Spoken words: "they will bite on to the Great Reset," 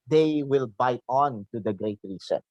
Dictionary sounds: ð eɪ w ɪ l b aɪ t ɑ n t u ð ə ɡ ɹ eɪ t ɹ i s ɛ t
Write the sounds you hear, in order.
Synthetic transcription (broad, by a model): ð eɪ w ɪ l b aɪ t ɑ n t u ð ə ɡ ɹ eɪ t ɹ i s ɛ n